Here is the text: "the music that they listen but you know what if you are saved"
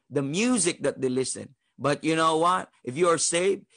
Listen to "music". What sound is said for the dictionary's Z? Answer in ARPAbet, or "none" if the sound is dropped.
Z